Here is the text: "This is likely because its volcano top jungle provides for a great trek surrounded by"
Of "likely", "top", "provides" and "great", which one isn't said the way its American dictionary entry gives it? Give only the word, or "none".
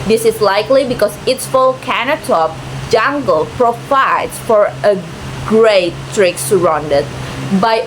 provides